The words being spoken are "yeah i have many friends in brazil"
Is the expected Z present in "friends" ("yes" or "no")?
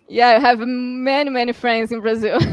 yes